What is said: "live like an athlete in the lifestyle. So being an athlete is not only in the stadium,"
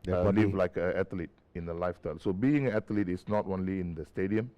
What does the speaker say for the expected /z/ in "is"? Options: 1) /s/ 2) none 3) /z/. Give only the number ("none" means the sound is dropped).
1